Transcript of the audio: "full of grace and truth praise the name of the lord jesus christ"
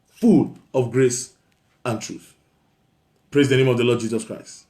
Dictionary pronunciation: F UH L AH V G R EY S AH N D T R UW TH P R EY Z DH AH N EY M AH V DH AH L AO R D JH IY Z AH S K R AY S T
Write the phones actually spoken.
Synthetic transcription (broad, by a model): F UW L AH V G R EY S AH N T R UW TH P R EY Z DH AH N EY M AH V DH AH L AO D JH IY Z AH S K R AY S T